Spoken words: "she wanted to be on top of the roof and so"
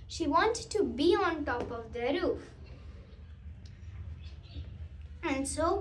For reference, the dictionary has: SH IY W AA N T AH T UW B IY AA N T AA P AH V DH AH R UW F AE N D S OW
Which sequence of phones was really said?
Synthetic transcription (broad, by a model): SH IY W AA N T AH T UW B IY AA N T AA P AH V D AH R UW F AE N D S OW